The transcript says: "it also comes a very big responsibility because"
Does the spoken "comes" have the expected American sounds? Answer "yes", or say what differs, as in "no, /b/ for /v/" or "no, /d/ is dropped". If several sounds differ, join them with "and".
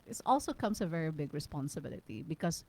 no, /s/ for /z/